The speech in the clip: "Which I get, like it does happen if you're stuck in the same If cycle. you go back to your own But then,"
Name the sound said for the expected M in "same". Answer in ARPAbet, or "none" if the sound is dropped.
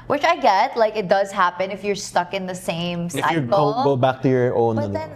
none